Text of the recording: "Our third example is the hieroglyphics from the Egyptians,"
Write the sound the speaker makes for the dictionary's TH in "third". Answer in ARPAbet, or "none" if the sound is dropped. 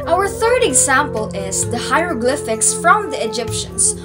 TH